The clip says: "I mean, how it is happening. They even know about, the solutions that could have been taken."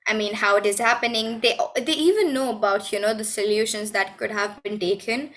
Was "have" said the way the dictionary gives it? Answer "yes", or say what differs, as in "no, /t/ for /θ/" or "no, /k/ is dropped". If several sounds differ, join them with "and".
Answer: yes